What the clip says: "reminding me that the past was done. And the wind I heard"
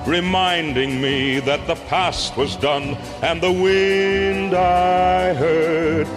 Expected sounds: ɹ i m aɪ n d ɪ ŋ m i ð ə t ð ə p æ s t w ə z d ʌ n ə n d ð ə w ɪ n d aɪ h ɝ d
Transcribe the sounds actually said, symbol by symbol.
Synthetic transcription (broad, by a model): ɹ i m aɪ n d ɪ ŋ m i ð ə t ð ə p æ s t w ə z d ʌ n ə n ð ə w ɪ n d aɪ h ɝ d